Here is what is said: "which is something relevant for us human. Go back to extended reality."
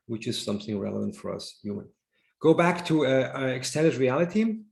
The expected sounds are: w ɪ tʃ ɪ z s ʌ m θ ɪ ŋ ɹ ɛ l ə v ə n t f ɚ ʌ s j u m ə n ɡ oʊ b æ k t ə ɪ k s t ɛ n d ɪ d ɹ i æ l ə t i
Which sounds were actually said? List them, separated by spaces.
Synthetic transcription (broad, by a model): w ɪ tʃ ɪ z s ʌ m θ ɪ ŋ ɹ ɛ l ə v ə n t f ɚ ʌ s j u m ə n ɡ oʊ b æ k t ə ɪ k s t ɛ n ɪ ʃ ɹ i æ l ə t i